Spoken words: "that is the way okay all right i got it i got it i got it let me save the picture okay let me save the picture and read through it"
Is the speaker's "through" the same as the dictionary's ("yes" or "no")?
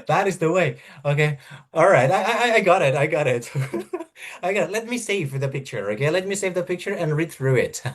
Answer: yes